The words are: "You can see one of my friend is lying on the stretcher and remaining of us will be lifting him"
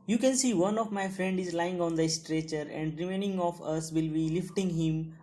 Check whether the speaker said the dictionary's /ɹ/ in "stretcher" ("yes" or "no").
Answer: yes